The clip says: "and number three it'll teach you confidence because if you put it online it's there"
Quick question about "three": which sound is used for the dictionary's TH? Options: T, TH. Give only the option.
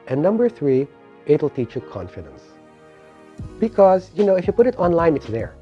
TH